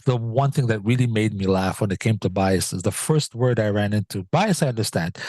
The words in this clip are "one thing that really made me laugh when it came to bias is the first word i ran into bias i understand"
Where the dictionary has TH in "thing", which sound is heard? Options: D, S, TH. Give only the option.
TH